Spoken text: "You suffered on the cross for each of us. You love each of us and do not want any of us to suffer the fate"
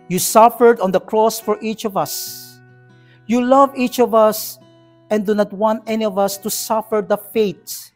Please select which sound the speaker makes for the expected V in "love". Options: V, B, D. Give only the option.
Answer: V